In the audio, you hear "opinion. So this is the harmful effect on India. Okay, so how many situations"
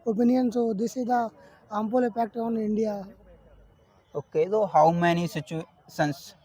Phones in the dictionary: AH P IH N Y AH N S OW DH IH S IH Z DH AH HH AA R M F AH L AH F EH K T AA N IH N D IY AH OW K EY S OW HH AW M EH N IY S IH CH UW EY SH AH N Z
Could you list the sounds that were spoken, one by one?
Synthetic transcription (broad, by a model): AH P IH N Y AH N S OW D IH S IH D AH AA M P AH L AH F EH K T AA N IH N D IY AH OW K EY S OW HH AW M EH N IY S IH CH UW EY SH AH N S